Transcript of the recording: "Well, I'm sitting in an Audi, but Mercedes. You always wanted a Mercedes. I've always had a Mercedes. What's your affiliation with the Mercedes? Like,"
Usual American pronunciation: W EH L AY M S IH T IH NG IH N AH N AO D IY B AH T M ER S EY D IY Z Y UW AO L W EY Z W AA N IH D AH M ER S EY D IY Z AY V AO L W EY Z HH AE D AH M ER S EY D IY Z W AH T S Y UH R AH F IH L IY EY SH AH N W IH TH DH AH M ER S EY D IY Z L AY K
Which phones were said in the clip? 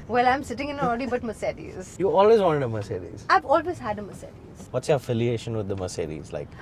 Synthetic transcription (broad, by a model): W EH L AY M S IH T IH NG IH N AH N AO D IY B AH T M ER S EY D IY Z Y UW AO L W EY Z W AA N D AH M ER S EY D IY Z AY V AO L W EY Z HH AE D AH M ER S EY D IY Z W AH T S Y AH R AH F IH L IY EY SH AH N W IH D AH M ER S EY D IY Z L AY K